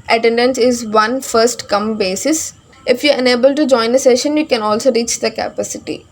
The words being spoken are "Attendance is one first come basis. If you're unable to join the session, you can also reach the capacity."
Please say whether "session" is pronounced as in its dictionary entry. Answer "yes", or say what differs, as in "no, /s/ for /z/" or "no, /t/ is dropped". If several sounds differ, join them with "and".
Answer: yes